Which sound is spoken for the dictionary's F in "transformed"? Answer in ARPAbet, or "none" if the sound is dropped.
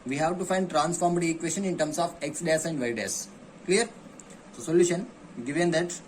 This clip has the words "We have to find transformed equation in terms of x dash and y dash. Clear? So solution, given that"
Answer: F